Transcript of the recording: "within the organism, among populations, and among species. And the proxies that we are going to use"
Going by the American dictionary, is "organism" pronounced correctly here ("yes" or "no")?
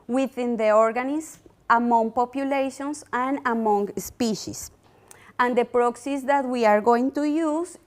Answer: no